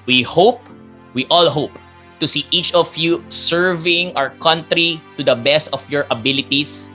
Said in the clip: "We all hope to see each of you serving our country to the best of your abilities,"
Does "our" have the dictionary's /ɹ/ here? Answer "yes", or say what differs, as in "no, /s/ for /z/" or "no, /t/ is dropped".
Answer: yes